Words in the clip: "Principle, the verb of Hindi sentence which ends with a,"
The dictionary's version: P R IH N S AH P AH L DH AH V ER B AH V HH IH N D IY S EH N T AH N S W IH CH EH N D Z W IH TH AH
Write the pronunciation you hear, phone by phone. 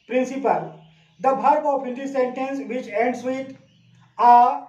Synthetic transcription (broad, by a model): P R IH N S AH P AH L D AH B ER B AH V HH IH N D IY S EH N T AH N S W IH CH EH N D S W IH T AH